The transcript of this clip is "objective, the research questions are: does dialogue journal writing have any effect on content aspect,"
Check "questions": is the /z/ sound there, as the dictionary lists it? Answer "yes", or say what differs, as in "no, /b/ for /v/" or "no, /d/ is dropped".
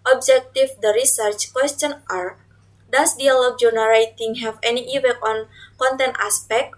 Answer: no, /z/ is dropped